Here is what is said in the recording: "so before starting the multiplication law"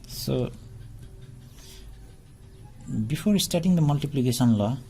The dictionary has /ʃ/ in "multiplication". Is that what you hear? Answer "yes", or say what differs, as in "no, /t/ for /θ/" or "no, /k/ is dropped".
no, /s/ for /ʃ/